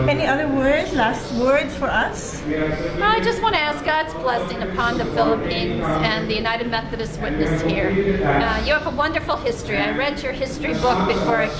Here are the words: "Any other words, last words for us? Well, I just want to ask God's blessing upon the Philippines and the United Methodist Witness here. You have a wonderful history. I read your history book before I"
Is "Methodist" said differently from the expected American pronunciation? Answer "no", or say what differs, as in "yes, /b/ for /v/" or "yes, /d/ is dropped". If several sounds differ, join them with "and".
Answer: no